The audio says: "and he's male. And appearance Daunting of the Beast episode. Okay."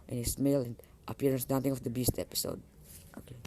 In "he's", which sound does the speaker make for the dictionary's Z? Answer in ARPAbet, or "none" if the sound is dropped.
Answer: S